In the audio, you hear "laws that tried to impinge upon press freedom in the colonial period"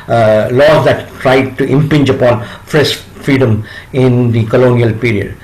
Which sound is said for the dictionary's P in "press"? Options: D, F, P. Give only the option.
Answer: F